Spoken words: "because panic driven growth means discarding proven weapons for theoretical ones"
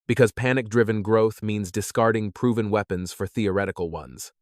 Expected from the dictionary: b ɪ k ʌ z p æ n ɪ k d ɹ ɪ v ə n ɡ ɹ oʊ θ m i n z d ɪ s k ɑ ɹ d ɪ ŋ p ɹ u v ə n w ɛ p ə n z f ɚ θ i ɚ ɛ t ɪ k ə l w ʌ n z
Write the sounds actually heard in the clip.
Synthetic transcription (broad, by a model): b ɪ k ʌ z p æ n ɪ k d ɹ ɪ v ə n ɡ ɹ oʊ θ m i n z d ɪ s k ɑ ɹ d ɪ ŋ p ɹ u v ə n w ɛ p ə n z f ɚ θ i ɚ ɛ t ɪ k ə l w ʌ n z